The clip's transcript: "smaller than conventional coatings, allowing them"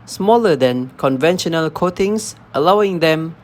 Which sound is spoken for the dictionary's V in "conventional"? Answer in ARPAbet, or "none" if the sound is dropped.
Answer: V